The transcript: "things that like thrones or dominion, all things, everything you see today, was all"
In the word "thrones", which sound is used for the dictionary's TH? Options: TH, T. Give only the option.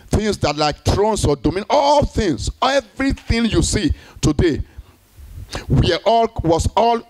T